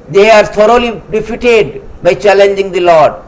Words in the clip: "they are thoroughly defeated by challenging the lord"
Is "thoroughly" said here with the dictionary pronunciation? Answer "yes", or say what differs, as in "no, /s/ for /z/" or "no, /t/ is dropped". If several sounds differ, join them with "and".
no, /t/ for /θ/